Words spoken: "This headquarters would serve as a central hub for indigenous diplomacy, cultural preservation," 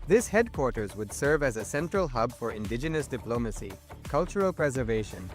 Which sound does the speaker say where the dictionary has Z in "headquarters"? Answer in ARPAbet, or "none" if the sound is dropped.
Z